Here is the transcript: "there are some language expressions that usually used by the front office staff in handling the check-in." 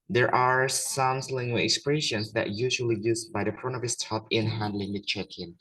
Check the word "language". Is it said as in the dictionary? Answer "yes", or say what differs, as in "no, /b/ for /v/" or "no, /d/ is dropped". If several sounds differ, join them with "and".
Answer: no, /dʒ/ is dropped